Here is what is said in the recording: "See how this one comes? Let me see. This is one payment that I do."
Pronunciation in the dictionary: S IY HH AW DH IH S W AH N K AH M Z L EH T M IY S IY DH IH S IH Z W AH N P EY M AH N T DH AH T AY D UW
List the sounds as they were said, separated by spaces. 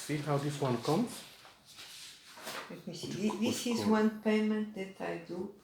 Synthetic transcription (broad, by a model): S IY HH AW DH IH S W AH N K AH M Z L EH T M IY S IY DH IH S IH Z W AH N P EY M AH N T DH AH T AY D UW